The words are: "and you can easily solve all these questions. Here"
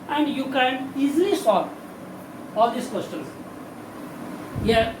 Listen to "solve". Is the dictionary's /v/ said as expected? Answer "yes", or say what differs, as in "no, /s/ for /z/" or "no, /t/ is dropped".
no, /v/ is dropped